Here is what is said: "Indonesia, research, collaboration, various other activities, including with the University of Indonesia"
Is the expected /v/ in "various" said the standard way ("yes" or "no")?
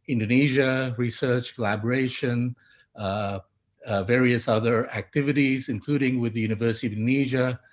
yes